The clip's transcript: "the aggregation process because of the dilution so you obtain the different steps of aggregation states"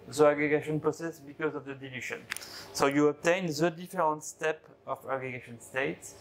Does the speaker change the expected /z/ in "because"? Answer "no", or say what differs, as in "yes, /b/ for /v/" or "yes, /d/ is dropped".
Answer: no